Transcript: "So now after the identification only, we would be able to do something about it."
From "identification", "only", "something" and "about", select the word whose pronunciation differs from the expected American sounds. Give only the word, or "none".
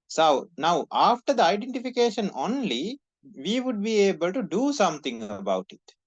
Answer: something